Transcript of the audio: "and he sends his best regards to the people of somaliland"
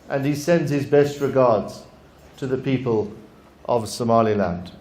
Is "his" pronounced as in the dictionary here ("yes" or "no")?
yes